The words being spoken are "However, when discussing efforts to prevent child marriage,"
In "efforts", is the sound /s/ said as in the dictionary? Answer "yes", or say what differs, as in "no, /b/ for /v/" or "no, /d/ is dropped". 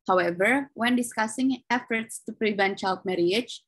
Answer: yes